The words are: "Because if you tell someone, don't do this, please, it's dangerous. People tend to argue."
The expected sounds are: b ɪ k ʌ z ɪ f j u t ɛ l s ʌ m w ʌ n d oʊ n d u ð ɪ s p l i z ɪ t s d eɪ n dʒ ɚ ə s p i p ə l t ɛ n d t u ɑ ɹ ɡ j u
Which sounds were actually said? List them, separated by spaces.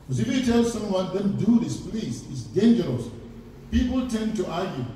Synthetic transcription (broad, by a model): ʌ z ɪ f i t ɛ l s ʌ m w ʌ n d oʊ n d u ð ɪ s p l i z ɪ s d eɪ n dʒ ɚ ə s p i p ə l t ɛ n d t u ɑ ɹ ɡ j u